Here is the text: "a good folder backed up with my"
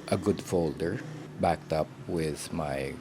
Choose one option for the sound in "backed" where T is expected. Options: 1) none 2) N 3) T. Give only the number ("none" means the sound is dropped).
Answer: 3